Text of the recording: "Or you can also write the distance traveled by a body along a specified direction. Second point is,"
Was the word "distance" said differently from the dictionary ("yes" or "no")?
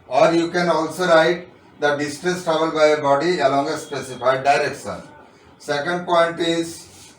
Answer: yes